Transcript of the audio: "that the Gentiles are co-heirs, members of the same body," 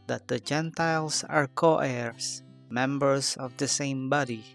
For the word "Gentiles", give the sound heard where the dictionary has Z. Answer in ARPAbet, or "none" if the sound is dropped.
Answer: S